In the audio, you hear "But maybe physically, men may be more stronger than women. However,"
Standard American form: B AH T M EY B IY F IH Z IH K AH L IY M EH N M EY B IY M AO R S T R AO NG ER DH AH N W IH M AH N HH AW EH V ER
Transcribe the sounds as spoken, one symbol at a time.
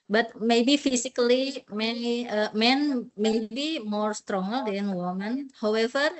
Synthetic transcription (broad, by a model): B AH T M EY B IY F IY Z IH K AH N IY M EH N M EY B IY M AO R S T R AO NG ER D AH N W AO M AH N HH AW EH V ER